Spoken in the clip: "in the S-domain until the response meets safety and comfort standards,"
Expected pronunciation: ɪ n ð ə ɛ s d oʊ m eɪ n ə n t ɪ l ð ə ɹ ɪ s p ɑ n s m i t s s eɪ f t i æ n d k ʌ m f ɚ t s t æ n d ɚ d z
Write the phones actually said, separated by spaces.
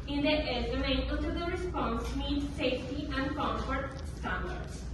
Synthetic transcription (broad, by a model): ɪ n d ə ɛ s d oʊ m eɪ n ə t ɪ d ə ɹ ɪ s p ɑ n s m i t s s eɪ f t i æ n d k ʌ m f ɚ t s t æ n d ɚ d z